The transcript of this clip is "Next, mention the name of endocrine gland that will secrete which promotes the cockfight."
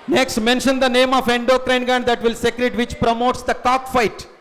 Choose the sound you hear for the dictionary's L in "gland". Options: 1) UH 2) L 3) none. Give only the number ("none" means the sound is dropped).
3